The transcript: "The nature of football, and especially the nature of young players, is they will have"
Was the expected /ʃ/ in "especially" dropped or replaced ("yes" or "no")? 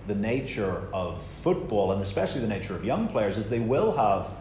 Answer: no